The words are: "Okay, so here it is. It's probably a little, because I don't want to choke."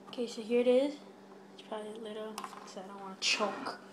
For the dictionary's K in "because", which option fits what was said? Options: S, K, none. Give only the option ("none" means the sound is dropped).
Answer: none